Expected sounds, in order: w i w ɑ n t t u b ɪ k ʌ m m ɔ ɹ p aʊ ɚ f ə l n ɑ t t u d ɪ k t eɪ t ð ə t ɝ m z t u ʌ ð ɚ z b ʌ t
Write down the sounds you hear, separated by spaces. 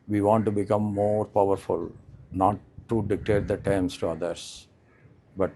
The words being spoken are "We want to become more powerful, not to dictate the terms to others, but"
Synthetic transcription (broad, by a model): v i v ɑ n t t u b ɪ k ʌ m m ɔ ɹ p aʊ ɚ f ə l n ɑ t t u d ɪ k t eɪ t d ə t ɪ m s t u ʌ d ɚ s b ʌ t